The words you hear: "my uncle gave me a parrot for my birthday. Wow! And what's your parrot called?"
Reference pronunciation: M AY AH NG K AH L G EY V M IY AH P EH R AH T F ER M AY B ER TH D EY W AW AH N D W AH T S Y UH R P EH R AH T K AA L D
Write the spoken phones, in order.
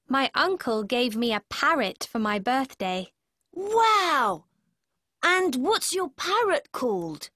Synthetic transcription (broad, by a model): M AY AH NG K AH L G EY V M IY AH P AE R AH T F ER M AY B ER TH D EY W AW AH N W AH T S Y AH R P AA R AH T K AA L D